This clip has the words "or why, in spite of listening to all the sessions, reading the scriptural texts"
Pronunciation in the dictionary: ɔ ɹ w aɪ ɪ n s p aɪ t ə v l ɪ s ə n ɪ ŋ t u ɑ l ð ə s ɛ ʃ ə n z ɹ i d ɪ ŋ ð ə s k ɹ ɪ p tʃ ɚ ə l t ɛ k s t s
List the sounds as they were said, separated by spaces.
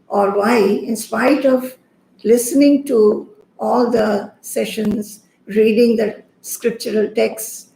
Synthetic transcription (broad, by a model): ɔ ɹ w aɪ ɪ n s p aɪ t ə v l ɪ s ə n ɪ ŋ t u ɑ l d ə s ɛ ʃ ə n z ɹ i d ɪ ŋ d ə s k ɹ ɪ p tʃ ɚ ə l t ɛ k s s